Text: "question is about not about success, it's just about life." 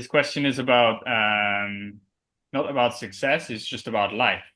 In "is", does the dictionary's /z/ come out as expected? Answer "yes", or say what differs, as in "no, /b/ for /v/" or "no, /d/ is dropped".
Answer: yes